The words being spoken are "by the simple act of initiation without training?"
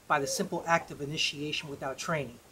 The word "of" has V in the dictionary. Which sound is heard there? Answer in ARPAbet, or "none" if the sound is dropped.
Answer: V